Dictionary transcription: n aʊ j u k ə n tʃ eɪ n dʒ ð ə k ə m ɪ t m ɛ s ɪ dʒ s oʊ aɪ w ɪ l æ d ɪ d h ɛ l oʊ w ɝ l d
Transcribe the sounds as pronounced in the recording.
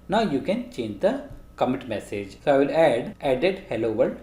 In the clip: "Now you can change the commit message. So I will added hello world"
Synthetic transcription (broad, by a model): n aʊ j u k ə n tʃ eɪ n dʒ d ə k ə m ɪ t m ɛ s ɪ dʒ s oʊ aɪ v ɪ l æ d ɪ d h ɛ l oʊ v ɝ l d